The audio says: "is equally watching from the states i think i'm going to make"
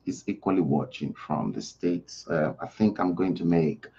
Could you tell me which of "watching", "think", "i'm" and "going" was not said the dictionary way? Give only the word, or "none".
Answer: none